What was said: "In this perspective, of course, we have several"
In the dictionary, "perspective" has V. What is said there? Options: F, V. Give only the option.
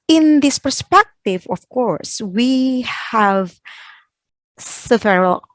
V